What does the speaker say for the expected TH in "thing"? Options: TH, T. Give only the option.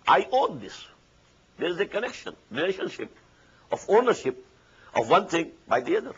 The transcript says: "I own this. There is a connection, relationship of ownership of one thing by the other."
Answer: T